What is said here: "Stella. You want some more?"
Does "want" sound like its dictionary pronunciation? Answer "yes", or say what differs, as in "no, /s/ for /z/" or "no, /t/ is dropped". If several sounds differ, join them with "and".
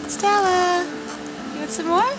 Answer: no, /n/ is dropped